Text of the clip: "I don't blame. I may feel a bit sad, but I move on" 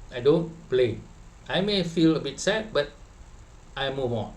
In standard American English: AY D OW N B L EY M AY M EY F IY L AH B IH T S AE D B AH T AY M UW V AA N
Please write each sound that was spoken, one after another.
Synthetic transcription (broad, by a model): AY D OW N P L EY AY M EY F IY L AH B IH T S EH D B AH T AY M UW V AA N